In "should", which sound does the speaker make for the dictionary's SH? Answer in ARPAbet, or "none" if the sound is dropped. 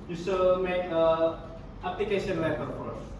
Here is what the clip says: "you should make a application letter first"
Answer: S